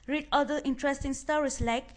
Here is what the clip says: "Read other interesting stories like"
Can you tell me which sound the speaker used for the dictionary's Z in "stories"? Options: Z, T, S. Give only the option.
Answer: S